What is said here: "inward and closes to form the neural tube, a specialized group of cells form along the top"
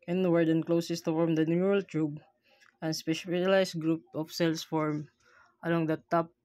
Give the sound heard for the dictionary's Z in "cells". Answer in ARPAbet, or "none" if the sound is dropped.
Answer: S